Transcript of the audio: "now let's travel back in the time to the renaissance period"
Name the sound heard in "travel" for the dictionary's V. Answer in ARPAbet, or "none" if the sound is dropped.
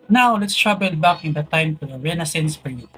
B